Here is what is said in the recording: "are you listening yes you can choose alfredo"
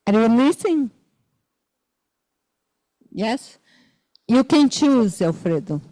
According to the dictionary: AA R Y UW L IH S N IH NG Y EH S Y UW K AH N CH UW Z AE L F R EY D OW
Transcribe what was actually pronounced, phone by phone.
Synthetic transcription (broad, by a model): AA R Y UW N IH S IH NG Y EH S Y UW K AH N CH UW Z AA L F R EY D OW